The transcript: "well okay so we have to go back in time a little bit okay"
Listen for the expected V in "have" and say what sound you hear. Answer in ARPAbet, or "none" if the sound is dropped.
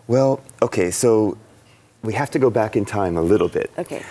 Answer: F